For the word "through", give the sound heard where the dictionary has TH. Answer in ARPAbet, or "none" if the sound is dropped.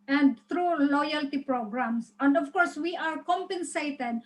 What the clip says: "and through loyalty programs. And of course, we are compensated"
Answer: T